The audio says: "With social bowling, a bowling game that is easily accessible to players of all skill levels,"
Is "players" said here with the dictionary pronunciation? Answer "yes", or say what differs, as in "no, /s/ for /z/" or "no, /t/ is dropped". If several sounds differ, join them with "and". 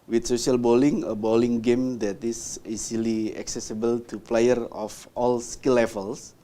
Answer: no, /z/ is dropped